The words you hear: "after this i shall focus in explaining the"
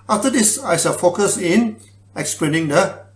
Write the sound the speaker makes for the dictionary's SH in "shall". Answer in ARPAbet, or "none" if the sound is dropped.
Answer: S